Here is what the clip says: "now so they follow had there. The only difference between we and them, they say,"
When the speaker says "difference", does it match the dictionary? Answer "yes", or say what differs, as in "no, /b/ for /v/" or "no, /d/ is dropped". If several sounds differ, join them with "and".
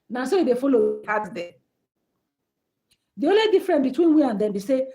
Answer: no, /s/ is dropped